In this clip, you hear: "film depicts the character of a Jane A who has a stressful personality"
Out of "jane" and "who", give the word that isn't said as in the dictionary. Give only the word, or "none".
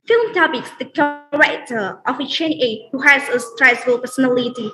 jane